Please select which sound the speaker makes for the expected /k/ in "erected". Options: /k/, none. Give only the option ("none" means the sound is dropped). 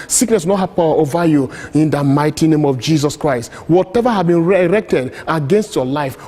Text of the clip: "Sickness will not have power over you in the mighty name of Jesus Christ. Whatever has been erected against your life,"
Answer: /k/